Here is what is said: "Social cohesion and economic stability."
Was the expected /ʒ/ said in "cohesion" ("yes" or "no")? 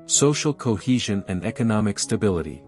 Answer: yes